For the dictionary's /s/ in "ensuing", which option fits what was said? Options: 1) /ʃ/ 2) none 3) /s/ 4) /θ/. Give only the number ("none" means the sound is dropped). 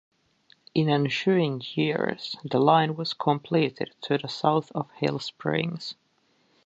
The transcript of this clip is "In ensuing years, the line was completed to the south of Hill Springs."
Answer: 1